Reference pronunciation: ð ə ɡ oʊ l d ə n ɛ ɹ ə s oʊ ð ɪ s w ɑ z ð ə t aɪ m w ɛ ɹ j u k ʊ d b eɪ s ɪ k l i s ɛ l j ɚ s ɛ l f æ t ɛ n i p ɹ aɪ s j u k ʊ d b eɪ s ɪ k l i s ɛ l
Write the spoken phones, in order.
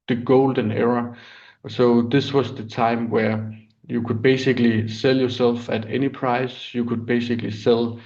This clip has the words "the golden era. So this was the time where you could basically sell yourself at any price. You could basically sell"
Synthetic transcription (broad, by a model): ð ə ɡ oʊ l d ə n ɛ ɹ ə s oʊ ð ɪ s w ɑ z ð ə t aɪ m w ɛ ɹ j u k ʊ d b eɪ s ɪ k l i s ɛ l j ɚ s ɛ l f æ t ɛ n i p ɹ aɪ s j u k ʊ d b eɪ s ɪ k l i s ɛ l